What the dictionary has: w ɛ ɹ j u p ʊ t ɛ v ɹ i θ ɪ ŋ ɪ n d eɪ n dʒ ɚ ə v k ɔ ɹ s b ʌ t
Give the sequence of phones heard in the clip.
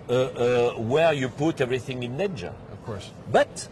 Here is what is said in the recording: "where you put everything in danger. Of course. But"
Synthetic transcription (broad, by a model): w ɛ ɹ j u p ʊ t ɛ v ɹ i θ ɪ ŋ ɪ n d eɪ dʒ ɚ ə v k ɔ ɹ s b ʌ t